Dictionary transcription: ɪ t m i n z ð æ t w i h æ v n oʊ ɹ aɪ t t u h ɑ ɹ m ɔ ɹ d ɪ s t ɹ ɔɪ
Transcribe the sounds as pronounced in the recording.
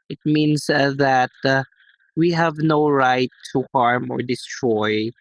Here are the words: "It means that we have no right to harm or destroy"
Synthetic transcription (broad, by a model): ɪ t m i n s ð æ t w i h æ v n oʊ ɹ aɪ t t u h ɑ ɹ m ɔ ɹ d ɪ s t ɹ ɔɪ